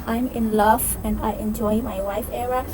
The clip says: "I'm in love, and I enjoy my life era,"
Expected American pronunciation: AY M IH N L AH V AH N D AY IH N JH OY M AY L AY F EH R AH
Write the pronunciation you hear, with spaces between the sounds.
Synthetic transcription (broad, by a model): AY M IH N L AH V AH N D AY IH N JH OY M AY W AY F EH R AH